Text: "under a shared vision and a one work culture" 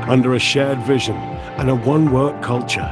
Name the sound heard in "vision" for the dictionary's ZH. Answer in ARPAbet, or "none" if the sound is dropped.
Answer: ZH